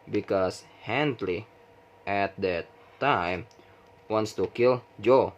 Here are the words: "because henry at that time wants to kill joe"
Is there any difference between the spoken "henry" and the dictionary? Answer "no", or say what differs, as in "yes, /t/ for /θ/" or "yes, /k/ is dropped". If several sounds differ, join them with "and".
yes, /l/ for /ɹ/